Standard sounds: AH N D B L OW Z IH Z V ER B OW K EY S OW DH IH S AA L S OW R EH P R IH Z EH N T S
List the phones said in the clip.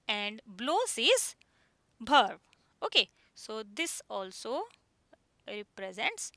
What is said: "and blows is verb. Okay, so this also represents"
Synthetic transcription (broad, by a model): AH N D B L OW S IH Z B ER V OW K EY S OW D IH S AA L S OW R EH P R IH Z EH N T S